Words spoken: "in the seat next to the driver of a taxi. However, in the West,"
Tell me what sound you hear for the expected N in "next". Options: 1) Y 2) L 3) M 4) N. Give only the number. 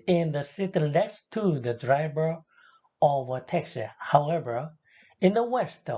2